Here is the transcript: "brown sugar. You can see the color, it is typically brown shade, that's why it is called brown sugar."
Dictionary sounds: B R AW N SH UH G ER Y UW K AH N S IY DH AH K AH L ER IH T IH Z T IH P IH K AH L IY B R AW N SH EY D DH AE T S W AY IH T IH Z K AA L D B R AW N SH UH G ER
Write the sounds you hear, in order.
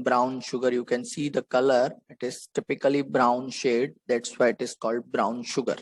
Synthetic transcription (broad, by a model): B R AW N SH UH G ER Y UW K AH N S IY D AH K AH L ER IH T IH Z T IH P IH K AH L IY B R AW N SH EY D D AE T S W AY IH T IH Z K AA L D B R AW N SH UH G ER